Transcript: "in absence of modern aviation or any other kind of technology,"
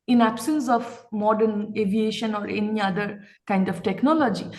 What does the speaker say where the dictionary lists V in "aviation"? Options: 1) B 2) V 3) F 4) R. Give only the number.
2